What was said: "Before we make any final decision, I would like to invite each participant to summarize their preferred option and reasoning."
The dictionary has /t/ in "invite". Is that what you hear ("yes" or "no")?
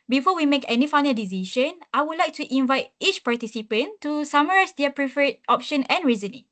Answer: yes